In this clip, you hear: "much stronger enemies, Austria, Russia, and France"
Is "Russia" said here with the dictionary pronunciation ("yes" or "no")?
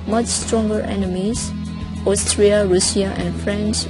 no